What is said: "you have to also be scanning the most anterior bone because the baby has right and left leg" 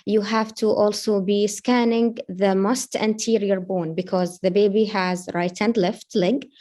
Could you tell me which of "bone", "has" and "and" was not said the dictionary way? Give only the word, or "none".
none